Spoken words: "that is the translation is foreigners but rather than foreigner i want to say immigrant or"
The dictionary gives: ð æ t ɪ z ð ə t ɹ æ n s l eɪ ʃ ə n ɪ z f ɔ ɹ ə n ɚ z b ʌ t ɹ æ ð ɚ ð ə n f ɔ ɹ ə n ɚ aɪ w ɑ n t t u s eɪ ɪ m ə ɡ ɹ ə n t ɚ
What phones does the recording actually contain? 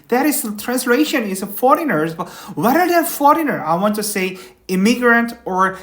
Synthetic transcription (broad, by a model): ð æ t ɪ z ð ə t ɹ æ n s l eɪ ʃ ə n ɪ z f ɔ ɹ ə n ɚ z b ʌ t w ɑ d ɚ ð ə f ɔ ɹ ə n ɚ aɪ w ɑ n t t u s eɪ ɪ m ə ɡ ɹ ə n t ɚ